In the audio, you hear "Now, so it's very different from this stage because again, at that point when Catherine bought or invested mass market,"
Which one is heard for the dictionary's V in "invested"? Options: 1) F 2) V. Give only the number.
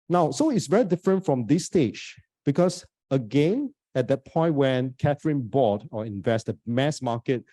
2